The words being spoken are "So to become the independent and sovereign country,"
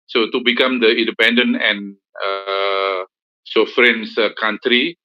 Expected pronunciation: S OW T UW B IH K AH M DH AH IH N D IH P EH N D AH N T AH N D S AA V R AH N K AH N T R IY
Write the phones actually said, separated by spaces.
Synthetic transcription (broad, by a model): S OW T UW B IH K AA M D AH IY N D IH P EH N D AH N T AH N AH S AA F R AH N K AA N T R IY